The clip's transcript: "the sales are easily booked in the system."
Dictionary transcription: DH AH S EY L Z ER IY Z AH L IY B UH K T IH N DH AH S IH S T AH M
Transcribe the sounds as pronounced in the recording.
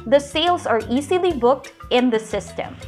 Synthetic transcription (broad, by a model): DH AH S EY L Z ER IY Z AH L IY B UH K T IH N DH AH S IH S T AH M